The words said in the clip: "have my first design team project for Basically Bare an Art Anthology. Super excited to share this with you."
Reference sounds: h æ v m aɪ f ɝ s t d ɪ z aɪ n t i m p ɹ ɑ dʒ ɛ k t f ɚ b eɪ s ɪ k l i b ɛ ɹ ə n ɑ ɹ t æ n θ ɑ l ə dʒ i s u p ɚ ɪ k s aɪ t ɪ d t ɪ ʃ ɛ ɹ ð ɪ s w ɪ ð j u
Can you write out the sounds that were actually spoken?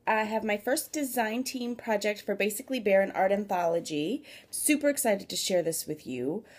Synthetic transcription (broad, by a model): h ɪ v m aɪ f ɝ s d ɪ z aɪ n t i m p ɹ ɑ dʒ ɛ k t f ɚ b eɪ s ɪ k l i b ɛ ɹ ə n ɑ ɹ t æ n θ ɑ l ə dʒ i s u p ɚ ɪ k s aɪ t ɪ d t ɪ ʃ ɛ ɹ ð ɪ s w ɪ ð j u